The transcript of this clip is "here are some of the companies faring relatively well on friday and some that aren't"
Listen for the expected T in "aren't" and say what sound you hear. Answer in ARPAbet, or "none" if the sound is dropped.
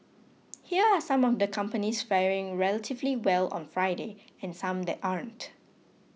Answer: T